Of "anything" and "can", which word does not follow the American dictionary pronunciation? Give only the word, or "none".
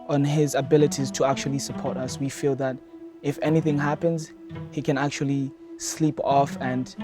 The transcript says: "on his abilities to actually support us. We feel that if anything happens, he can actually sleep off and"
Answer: none